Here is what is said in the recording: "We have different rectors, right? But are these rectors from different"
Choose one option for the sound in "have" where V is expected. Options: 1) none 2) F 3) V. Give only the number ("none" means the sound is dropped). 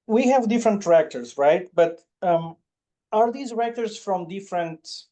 3